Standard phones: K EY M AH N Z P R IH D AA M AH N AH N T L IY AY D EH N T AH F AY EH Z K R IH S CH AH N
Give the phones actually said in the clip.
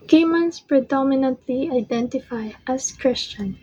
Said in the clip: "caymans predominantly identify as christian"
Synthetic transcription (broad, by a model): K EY M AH N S P R IH D AA M AH N AH N T L IY AY D EH N T AH F AY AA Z K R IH S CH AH N